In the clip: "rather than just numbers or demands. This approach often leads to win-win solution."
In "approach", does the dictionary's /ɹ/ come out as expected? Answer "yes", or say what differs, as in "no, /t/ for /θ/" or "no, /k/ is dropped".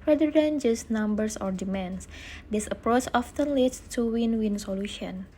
yes